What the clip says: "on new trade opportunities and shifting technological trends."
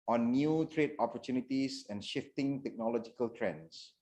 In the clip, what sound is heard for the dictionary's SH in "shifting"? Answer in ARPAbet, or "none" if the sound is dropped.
SH